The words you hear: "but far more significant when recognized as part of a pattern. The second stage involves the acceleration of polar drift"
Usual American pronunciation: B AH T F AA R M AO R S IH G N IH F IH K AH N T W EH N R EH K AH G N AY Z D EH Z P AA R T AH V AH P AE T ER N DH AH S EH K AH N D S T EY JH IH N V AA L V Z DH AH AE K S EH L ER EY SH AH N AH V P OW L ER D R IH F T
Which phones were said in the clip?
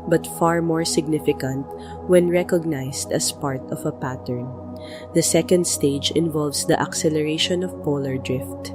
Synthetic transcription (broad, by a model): B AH T F AA R M AO R S IH G N IH F IH K AH N T W EH N R EH K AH G N AY S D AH S P AA R T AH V AH P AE T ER N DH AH S EH K AH N D S T EY JH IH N V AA L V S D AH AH K S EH L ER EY SH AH N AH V P OW L ER D R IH F T